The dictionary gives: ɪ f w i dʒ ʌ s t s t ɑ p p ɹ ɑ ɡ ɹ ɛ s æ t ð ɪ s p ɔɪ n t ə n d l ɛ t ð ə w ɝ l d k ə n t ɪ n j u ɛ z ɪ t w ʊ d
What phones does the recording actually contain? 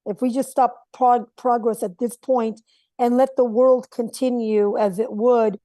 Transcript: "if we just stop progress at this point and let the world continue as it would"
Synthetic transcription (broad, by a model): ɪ f w i dʒ ʌ s t s t ɑ p p ɹ ɑ ɡ ɹ ɛ s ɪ t ð ɪ s p ɔɪ n t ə n l ɛ t ð ə w ɝ l d k ə n t ɪ n j u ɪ z ɪ t w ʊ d